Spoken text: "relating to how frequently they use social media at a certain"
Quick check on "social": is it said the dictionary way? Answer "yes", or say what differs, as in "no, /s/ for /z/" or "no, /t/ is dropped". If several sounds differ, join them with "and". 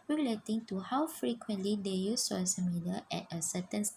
no, /s/ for /ʃ/